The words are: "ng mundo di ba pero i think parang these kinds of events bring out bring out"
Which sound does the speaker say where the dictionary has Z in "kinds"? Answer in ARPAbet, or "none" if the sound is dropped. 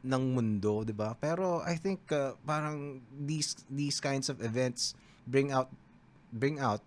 S